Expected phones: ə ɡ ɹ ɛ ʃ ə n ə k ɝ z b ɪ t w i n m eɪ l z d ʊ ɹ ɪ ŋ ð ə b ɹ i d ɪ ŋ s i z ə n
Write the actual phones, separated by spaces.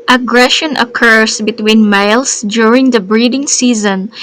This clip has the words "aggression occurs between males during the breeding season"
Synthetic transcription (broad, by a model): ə ɡ ɹ ɛ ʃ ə n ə k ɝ s b ɪ t w i n m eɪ l s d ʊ ɹ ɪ ŋ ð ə b ɹ i d ɪ ŋ s i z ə n